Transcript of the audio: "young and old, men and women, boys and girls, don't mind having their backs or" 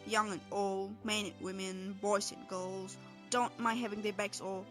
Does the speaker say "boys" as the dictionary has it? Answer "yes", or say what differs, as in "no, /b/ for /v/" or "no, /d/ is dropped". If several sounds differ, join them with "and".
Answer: no, /s/ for /z/